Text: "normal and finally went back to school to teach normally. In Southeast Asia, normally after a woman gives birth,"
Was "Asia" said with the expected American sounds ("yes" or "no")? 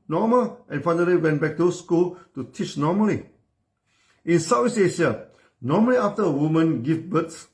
no